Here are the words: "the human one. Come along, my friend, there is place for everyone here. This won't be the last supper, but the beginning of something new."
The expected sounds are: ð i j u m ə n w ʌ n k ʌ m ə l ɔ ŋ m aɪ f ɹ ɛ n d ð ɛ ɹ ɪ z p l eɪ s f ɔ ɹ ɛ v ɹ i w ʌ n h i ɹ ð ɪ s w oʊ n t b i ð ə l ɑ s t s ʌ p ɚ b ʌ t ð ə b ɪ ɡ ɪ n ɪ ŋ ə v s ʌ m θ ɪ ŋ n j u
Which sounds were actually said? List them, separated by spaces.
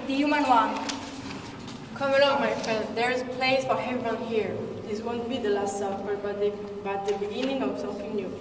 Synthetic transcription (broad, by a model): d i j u m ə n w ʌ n k ʌ m ə l ɔ ŋ m aɪ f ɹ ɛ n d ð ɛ ɹ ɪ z p l eɪ s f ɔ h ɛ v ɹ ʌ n h i ɹ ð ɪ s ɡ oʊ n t b i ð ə l ɑ s t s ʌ b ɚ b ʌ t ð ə b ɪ ɡ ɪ n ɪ ŋ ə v s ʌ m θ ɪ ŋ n j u